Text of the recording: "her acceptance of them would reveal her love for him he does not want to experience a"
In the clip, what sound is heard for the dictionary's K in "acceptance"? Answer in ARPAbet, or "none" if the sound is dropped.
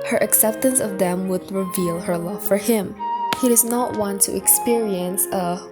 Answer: K